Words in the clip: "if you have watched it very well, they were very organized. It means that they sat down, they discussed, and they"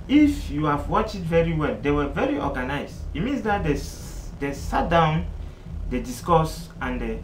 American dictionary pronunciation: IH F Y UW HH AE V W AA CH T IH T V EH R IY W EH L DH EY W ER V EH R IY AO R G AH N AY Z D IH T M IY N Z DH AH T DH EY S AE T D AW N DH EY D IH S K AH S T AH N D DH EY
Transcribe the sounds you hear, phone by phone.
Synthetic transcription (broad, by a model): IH F Y UW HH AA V W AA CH IH T V EH R IY W EH L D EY W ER V EH R IY AO G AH N AY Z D IH T M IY N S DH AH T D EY S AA T D AW N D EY D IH S K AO S AH N D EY